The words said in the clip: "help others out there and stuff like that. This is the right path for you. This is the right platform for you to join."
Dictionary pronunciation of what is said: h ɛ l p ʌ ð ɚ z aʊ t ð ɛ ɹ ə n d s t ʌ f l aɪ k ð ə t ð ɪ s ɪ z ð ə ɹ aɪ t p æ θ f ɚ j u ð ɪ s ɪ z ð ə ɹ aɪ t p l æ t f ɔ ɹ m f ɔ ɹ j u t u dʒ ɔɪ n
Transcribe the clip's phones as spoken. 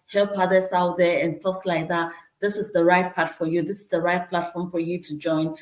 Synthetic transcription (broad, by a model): h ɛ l p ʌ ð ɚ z aʊ t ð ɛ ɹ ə n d s t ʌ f l aɪ k ð ə t ð ɪ s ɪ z ð ə ɹ aɪ t p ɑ t f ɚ j u ð ɪ s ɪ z ð ə ɹ aɪ t p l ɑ t f ɔ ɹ m f ɔ ɹ j u t u dʒ ɔɪ n